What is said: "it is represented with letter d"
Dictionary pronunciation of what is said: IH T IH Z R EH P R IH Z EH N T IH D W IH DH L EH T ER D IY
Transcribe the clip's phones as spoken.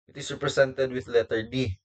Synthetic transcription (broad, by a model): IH T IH S R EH P R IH S EH N T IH D W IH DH L EH T ER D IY